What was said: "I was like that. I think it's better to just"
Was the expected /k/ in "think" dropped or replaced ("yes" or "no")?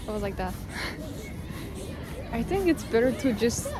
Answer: no